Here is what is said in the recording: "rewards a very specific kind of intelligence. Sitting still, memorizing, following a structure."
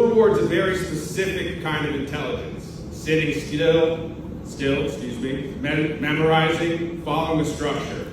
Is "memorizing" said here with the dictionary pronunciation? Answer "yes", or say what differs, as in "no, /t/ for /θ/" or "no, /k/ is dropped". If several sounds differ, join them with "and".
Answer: yes